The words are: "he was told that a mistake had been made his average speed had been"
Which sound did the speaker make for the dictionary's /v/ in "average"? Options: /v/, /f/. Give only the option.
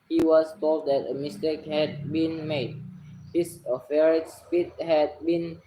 /f/